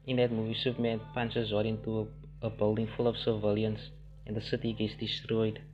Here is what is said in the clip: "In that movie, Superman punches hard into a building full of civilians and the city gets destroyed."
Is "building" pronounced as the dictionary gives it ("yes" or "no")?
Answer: yes